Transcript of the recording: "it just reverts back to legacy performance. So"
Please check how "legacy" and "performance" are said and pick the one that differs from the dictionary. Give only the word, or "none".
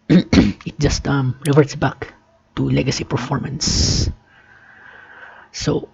none